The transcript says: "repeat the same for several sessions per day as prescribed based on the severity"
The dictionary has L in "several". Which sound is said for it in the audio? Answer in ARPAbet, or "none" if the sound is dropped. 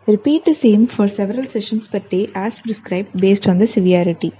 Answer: L